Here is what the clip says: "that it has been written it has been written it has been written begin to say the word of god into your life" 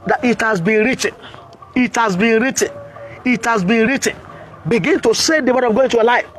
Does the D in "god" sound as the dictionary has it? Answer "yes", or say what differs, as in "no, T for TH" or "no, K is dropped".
no, D is dropped